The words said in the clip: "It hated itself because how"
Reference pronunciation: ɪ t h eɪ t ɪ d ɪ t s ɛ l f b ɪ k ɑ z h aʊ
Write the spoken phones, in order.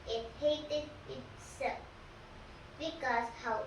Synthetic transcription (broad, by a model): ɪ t h eɪ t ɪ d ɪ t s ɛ f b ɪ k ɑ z h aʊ